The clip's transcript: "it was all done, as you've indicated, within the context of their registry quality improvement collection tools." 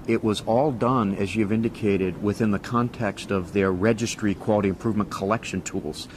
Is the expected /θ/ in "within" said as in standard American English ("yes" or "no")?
yes